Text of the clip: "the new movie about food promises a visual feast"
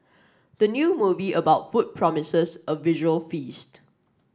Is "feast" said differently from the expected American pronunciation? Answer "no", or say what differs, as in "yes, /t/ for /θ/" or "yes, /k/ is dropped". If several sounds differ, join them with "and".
no